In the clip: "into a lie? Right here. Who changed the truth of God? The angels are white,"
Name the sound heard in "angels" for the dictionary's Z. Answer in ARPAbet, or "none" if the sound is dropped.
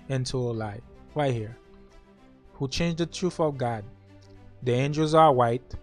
Z